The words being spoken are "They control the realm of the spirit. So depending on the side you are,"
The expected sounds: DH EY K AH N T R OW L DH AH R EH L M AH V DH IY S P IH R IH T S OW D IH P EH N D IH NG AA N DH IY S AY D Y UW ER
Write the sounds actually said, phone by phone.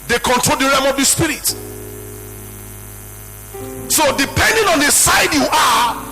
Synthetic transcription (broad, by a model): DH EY K AH N T R OW L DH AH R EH M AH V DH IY S P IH R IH T S OW D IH P EH N D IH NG AA N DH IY S AY D Y UW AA